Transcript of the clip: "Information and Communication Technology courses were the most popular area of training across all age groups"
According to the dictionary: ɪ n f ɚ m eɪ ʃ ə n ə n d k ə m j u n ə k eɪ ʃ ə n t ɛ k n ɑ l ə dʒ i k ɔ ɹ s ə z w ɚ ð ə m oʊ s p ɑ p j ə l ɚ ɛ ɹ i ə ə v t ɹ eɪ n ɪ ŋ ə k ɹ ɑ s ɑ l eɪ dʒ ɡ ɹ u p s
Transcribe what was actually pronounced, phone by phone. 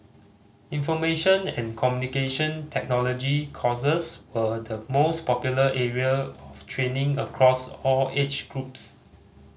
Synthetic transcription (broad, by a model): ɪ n f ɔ m eɪ ʃ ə n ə n k ə m j u n ə k eɪ ʃ ə n t ɛ k n ɑ l ə dʒ i k ɔ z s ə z w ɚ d ə m oʊ s p ɑ p j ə l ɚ ɛ ɹ i ə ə f t ɹ eɪ n ɪ ŋ ə k ɹ ɑ s ɑ l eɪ tʃ ɡ ɹ u p s